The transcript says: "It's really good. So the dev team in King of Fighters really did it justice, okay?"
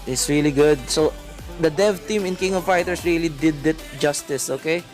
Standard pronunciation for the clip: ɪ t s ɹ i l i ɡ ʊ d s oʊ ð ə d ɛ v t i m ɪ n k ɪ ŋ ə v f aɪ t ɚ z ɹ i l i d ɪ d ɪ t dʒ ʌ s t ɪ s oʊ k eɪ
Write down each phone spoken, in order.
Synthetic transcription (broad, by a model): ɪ t s ɹ i l i ɡ ʊ d s oʊ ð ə d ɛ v t i m ɪ n k ɪ ŋ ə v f aɪ t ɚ s ɹ i l i d ɪ d ɪ t dʒ ʌ s t ɪ s oʊ k eɪ